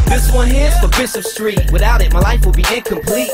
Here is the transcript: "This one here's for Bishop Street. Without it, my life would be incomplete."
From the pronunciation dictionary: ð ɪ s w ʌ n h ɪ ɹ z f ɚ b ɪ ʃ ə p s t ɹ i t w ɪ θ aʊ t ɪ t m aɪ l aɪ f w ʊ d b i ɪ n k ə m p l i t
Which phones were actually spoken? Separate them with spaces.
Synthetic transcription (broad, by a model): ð ɪ s w ʌ n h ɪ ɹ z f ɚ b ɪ s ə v s t ɹ i t w ɪ θ aʊ t ɪ t m aɪ l aɪ f w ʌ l b i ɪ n k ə m p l i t